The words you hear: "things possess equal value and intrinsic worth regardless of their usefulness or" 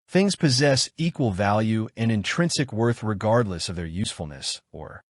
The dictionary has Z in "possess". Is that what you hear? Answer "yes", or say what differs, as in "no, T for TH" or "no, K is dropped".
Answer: yes